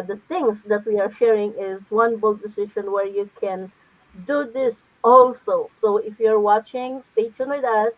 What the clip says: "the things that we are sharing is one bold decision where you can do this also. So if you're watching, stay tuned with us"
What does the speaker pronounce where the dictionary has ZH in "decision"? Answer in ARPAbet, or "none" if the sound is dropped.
SH